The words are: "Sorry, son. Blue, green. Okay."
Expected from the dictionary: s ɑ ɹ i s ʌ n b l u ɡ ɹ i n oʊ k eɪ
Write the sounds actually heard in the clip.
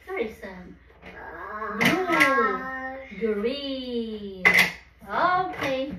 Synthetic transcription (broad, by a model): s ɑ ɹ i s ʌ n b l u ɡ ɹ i oʊ k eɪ